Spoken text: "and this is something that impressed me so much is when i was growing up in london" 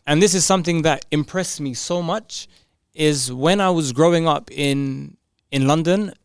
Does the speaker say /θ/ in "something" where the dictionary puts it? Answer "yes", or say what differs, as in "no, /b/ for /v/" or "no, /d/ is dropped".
yes